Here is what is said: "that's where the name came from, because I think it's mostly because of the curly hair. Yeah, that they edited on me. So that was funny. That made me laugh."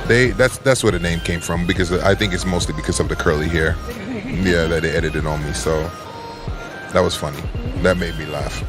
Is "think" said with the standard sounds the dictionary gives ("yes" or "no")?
yes